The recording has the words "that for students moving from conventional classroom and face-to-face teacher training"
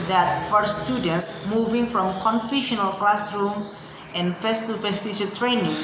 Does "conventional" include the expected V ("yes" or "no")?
no